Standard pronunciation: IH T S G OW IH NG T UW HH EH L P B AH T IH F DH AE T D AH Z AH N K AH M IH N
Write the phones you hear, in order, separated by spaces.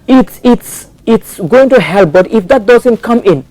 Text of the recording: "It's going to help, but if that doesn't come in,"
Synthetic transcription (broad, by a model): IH T S G OW IH NG T UW HH EH L P B AH T IH F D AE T D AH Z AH N K AH M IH N